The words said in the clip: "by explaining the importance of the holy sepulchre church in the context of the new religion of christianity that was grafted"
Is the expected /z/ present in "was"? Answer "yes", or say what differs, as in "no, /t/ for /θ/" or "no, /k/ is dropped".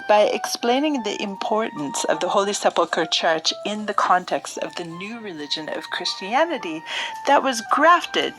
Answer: yes